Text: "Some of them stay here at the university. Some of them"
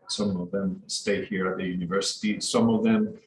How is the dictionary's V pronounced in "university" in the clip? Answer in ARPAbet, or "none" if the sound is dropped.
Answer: V